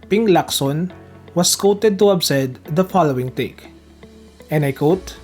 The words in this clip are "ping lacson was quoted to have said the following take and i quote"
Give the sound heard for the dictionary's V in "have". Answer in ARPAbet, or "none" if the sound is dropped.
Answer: B